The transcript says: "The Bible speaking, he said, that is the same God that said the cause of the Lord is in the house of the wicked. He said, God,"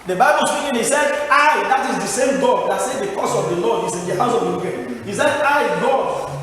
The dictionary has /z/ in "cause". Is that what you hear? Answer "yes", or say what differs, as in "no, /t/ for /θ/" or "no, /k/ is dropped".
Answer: no, /s/ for /z/